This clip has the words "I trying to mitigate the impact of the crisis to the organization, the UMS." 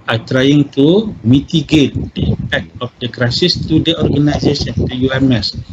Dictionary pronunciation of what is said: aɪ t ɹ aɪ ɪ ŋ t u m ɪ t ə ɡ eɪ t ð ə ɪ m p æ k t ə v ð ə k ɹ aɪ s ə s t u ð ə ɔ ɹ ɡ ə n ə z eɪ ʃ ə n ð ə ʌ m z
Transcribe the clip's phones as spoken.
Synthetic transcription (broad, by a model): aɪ t ɹ aɪ ɪ ŋ t u m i t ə ɡ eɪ t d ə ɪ p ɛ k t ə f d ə k ɹ aɪ s ə s t u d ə ɔ ɹ ɡ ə n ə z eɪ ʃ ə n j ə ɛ m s